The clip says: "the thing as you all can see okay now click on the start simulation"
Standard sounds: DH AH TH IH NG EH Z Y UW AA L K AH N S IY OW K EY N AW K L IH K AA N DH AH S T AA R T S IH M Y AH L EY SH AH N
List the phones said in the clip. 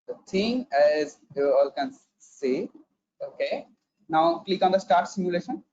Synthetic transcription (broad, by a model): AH T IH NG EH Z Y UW AA L K AH N S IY OW K EY N AW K L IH K AA N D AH S T AA R T S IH M Y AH L EY SH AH N